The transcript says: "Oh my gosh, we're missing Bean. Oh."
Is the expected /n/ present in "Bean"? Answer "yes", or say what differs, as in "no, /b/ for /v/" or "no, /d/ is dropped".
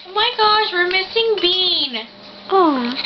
yes